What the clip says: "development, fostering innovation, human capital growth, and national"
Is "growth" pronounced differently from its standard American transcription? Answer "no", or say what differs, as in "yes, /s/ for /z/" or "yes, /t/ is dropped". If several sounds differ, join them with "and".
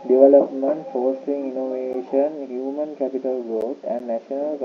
yes, /t/ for /θ/